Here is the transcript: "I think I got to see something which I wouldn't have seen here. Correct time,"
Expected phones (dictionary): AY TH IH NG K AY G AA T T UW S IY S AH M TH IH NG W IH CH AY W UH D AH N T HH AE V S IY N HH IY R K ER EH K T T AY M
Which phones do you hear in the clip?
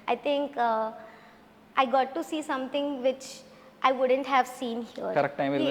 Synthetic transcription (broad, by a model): AY T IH NG K AY G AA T T UW S IY S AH M T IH NG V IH CH AY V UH D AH N T HH AE V S IY N HH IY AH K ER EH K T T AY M